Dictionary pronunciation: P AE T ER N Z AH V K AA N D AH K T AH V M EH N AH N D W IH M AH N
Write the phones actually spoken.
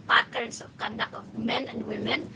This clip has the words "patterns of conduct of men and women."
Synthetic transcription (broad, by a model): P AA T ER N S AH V K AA N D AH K AH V M EH N AH N D W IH M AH N